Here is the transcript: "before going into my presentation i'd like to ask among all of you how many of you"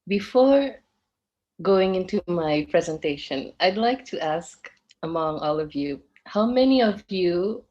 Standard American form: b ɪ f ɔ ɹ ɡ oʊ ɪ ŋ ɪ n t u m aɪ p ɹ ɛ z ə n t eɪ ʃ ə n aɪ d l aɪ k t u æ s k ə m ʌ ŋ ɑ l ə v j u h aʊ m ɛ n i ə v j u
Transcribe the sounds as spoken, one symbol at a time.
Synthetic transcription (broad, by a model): b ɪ f ɔ ɹ ɡ oʊ ɪ ŋ ɪ n t u m aɪ p ɹ ɛ z ə n t eɪ ʃ ə n aɪ d l aɪ k t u æ s k ə m ʌ ŋ ɑ l ə v j u h aʊ m ɛ n i ə v j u